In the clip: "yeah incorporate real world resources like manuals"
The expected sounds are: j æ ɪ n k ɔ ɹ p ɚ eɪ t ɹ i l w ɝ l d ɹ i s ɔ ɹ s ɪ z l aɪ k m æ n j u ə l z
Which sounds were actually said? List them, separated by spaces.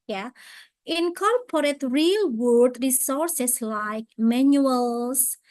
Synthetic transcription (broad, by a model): j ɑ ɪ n k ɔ ɹ p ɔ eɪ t ɹ i l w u d ɹ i s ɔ ɹ s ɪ s l aɪ k m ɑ n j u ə l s